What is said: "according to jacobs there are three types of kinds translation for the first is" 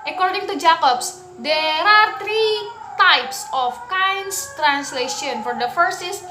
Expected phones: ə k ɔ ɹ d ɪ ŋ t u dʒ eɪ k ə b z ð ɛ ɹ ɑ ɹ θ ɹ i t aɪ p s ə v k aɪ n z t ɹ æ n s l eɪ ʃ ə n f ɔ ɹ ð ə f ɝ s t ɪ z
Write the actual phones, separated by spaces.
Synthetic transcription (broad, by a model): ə k ɔ ɹ d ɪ ŋ t u dʒ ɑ k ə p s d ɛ ɹ ɑ ɹ t ɹ i t aɪ p s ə f k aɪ n s t ɹ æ n s l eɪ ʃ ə n f ɔ ɹ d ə f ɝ s ɪ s